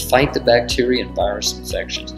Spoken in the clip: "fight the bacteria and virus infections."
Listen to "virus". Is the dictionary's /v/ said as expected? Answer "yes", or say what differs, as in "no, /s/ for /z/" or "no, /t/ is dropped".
yes